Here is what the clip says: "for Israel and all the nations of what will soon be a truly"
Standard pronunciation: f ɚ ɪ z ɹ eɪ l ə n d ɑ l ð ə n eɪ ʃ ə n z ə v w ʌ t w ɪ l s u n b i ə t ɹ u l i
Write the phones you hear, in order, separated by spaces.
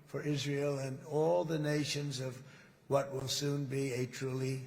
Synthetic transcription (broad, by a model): f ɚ ɪ z ɹ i l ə n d ɑ l ð ə n eɪ ʃ ə n z ə v w ʌ t w ɪ l s u n b i ə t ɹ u l i